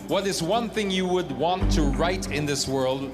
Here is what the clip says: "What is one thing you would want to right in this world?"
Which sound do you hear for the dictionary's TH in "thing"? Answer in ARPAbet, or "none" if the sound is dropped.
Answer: TH